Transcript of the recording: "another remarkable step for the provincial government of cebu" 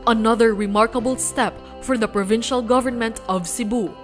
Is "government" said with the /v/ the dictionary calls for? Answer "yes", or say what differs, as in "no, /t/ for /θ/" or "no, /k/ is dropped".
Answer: yes